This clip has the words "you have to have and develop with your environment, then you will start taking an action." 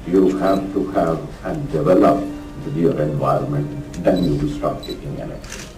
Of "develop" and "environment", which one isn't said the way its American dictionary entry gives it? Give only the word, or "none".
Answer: none